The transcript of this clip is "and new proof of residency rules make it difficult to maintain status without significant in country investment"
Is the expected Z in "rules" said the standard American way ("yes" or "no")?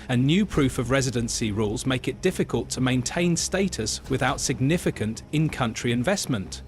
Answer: yes